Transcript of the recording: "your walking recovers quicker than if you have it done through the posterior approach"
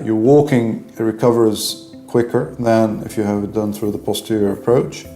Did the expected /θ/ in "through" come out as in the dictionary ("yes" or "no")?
yes